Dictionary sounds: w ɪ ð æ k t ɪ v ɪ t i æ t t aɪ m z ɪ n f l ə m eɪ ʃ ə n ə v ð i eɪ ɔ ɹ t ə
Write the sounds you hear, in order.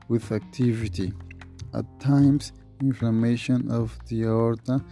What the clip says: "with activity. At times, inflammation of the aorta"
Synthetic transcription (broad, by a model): w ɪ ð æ k t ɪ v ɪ t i t t aɪ m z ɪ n f ə m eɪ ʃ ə n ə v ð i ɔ ɹ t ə